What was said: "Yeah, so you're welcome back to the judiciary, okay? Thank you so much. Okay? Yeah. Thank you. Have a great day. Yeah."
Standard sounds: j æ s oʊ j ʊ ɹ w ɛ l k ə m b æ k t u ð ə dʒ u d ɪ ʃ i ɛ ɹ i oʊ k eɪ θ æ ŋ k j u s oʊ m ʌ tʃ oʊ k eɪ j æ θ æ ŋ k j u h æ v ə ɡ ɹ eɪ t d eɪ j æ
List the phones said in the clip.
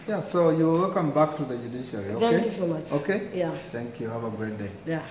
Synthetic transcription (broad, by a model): j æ s oʊ j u l w ɛ l k ə m b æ k t u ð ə dʒ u d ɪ ʃ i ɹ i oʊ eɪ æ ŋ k j u s oʊ m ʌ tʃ oʊ k eɪ j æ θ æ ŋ k j u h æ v ə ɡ ɹ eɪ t d eɪ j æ